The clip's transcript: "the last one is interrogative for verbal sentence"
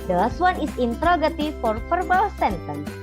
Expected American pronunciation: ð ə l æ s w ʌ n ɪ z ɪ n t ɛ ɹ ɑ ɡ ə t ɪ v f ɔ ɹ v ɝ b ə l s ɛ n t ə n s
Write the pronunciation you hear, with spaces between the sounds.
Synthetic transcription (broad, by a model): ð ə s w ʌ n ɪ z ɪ n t ɹ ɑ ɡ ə t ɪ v f ɔ ɹ f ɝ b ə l s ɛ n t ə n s